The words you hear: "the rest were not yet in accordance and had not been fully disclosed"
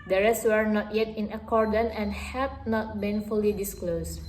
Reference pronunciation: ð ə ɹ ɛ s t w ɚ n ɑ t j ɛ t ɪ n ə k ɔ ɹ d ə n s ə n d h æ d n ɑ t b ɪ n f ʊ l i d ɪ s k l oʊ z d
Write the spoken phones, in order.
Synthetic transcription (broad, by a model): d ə ɹ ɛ s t w ɚ n ɑ t j ɛ t ɪ n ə k ɔ ɹ d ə n ə n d h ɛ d n ɑ t b ɪ n f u l i d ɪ s k l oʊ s